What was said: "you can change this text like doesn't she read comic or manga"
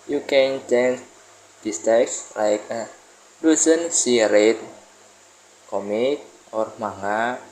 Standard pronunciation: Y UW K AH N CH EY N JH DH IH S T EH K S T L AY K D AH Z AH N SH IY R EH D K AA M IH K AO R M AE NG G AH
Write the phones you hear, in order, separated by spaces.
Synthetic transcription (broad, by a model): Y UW K AH N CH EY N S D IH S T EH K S L AY K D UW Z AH N S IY R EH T K AA M IH K AO R M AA NG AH